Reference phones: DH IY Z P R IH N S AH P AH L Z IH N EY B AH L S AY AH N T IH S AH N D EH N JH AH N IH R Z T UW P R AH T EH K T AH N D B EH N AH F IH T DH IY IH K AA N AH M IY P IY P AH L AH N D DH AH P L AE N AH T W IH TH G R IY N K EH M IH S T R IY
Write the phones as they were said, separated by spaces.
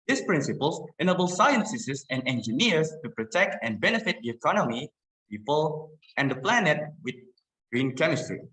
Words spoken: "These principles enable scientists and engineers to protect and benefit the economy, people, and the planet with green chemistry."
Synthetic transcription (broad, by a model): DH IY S P R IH N S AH P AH L S IH N EY B AH L S AY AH N S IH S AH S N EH N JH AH N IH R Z T UW P R AH T EH K T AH N B EH N AH F IH T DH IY IH K AA N AH M IY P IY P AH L AH N D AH P L AE N AH T W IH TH G R IY N K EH M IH S T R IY